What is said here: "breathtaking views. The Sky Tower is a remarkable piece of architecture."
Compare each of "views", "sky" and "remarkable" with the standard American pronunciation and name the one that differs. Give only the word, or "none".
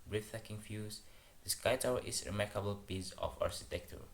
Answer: views